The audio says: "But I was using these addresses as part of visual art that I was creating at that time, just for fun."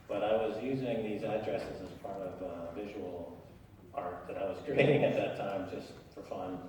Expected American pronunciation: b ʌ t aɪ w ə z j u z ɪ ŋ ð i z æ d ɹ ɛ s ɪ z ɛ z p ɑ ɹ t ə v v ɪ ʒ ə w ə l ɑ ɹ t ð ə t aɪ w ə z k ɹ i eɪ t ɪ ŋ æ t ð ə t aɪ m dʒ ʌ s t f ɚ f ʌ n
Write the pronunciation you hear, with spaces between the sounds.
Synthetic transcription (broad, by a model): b ʌ t aɪ w ə z j u z ɪ ŋ ð i z æ d ɹ ɛ s ɪ z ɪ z p ɑ ɹ t ə v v ɪ ʒ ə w l ɑ ɹ t ð ə t aɪ w ə z k ɹ i eɪ t ɪ ŋ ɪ t ð ə t aɪ m dʒ ʌ s t f ɚ f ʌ n